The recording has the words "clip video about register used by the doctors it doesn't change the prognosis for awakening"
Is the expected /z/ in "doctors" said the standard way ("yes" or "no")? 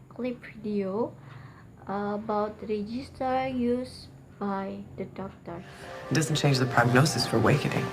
no